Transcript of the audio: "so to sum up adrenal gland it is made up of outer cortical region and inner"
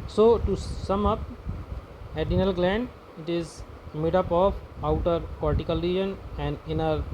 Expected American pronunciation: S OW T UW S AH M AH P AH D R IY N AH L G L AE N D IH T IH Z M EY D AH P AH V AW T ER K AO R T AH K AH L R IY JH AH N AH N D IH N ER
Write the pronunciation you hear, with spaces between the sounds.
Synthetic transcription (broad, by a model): S OW T UW S AH M AH P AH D IY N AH L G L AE N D IH T IH Z M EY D AH P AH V AW T ER K AO R T AH K AH L R IY JH AH N AH N D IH N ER